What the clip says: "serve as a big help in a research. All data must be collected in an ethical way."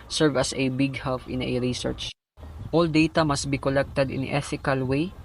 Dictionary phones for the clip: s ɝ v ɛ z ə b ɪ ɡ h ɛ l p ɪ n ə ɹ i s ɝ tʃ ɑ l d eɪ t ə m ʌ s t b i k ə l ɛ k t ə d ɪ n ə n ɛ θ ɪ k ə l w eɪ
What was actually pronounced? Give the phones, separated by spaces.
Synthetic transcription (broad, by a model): s ɝ v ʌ s ə b ɪ ɡ h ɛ l f ɪ n ə ɹ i s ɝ tʃ ɑ l d eɪ t ə m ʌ s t b i k ə l ɛ k t ə d ɪ n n ɛ θ ɪ k ə l w eɪ